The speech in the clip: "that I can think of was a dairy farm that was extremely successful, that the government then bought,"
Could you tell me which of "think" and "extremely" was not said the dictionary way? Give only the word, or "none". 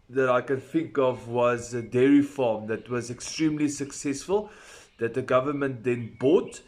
none